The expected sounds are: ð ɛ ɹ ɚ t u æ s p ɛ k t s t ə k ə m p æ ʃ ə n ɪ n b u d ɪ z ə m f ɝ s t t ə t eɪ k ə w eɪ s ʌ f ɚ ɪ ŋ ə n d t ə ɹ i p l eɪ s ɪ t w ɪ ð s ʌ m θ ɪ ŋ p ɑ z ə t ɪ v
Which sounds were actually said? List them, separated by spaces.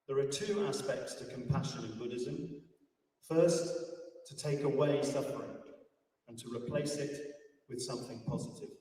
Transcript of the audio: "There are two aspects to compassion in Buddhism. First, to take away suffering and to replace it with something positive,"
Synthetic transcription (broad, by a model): ð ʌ ɹ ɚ t u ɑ s p ɛ k t s t ə k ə m p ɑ ʃ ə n ɪ n b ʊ d ɪ z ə m f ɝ s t t ə t eɪ k ə w eɪ s ʌ f ɚ ɪ ŋ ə n t ə ɹ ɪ p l eɪ s ɪ t w ɪ ð s ʌ m θ ɪ ŋ p ɑ z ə t ɪ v